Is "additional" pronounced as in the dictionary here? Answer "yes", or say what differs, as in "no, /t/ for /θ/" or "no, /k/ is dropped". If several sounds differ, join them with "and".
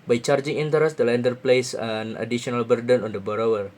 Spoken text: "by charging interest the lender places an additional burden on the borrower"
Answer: no, /ʃ/ is dropped